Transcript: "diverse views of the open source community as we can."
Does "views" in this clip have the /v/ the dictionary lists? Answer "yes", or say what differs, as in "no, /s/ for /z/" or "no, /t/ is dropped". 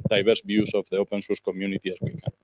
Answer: no, /b/ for /v/